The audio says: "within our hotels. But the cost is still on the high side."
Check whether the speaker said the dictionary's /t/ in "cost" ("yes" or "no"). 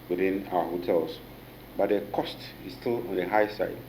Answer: yes